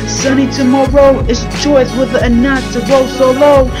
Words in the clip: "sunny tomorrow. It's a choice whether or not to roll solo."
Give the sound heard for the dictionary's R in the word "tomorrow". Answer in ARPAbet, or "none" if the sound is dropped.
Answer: R